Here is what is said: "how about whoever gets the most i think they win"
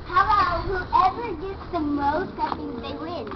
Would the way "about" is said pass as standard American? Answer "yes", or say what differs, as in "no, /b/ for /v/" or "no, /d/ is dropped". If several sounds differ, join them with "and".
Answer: no, /b/ is dropped